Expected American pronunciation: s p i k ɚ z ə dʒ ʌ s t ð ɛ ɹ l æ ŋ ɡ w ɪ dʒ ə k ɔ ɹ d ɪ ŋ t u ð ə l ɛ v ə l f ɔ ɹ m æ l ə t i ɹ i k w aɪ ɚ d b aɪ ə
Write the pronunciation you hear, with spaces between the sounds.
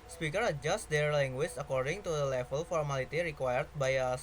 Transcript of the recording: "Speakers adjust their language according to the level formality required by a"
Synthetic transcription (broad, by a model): s p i k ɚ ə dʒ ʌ s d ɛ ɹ l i ŋ ɡ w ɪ tʃ ə k ɔ ɹ d ɪ ŋ t u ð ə l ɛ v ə l f ɔ ɹ m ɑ l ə t i ɹ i k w aɪ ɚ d b aɪ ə